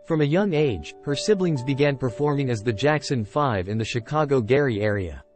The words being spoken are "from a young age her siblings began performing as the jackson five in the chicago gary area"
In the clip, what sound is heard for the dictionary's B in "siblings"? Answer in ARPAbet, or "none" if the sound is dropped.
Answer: B